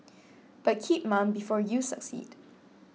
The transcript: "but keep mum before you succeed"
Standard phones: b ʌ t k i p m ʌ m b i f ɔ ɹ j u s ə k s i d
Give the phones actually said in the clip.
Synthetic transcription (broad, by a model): b ʌ t k i p m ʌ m b i f ɔ ɹ j u s ə k s i d